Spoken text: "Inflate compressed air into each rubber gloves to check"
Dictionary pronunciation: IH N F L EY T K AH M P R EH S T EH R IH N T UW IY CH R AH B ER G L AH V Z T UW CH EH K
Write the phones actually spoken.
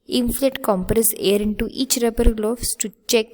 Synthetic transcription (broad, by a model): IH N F L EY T K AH M P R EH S EH R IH N T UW IY CH R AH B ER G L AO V S T UW CH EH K